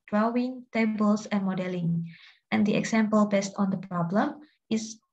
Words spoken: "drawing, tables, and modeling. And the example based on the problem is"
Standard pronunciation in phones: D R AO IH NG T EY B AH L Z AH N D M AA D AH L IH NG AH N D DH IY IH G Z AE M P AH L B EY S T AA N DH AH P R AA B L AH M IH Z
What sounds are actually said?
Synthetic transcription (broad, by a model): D R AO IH NG T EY B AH L S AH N M AA D AH L IH NG AH N D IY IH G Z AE M P AH L B EY S T AA N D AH P R AA B L AH M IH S